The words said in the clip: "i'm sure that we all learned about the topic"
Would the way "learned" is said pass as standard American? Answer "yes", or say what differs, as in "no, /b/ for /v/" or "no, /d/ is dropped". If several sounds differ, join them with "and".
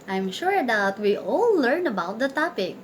no, /d/ is dropped